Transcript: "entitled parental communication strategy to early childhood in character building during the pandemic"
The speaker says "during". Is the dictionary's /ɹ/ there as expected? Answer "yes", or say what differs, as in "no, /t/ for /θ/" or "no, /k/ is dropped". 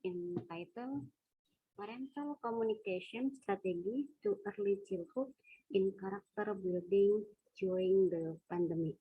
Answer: no, /ɹ/ is dropped